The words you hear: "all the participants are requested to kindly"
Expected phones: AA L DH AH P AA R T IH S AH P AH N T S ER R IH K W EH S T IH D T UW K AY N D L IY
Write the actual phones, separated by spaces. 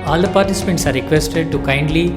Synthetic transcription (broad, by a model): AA L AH P AA R T IH S AH P AH N T S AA R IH K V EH S T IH D T UW K AY N D L IY